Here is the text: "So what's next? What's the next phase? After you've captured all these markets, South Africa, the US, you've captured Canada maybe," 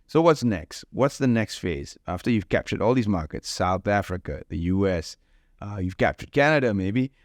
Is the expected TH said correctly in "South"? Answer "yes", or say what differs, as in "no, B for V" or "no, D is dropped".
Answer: yes